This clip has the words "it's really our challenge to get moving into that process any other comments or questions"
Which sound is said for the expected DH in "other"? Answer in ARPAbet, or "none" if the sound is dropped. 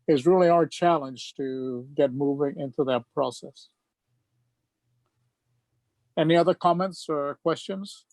DH